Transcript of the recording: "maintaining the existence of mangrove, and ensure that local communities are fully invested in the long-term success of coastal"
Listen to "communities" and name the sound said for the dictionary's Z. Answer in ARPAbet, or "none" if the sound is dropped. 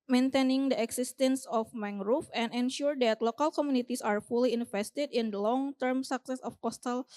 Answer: S